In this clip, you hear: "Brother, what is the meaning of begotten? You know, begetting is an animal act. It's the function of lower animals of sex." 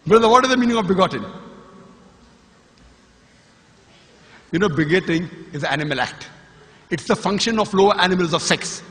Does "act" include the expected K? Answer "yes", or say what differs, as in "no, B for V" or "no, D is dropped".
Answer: yes